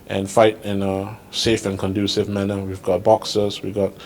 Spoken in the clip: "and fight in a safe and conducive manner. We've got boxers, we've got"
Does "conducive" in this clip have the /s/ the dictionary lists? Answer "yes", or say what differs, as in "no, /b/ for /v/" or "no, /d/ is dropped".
yes